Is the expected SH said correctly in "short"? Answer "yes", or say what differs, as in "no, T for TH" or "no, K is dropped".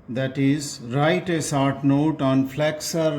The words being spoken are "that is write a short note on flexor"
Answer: no, S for SH